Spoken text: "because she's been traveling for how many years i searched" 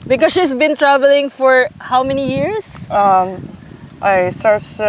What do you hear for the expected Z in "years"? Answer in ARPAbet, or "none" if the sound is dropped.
S